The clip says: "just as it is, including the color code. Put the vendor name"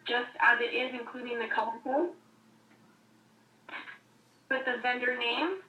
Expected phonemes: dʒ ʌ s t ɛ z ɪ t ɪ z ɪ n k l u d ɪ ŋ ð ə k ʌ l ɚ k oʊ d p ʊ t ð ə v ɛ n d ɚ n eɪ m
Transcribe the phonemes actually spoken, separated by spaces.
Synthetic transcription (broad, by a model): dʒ ʌ s t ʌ z ɪ t ɪ z ɪ n k l u d ɪ ŋ ð ə k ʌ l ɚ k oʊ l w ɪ ð ə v ɛ n d ɚ n eɪ m